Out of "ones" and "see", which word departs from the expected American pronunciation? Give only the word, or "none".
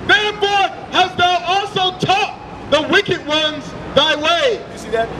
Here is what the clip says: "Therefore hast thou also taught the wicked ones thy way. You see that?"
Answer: none